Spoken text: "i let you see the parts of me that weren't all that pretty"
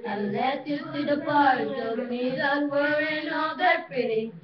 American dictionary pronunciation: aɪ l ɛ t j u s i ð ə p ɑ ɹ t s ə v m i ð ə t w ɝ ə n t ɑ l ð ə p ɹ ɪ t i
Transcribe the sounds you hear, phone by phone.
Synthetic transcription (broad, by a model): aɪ l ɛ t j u s i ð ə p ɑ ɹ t ə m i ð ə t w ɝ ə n ɑ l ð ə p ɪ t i